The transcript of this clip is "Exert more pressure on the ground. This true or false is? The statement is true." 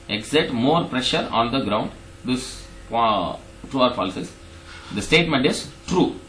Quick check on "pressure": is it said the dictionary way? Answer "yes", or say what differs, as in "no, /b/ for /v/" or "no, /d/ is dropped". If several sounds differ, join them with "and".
yes